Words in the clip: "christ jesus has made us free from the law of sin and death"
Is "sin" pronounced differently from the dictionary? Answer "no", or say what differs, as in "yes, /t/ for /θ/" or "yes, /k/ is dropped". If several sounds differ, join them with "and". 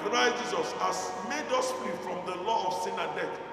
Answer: no